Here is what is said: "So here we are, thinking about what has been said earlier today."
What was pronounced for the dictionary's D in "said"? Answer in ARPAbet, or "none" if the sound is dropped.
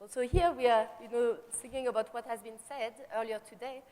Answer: D